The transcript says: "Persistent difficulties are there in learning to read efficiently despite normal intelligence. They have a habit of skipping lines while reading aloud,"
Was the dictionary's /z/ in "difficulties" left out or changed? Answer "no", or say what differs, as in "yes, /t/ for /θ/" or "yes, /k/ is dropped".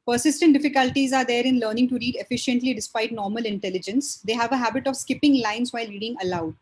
no